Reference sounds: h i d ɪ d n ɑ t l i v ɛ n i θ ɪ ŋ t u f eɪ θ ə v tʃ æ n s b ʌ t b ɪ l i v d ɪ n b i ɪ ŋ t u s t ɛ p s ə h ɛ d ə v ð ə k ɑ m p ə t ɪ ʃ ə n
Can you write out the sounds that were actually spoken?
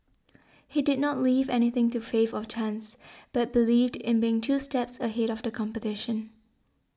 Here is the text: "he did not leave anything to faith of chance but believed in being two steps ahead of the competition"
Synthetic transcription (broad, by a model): h i d ɪ d n ɑ t l i v ɛ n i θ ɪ ŋ t u f eɪ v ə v tʃ æ n s b ʌ t b ɪ l i v d ɪ n b i ɪ ŋ t u s t ɛ p s ə h ɛ d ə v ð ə k ɑ m p ə t ɪ ʃ ə n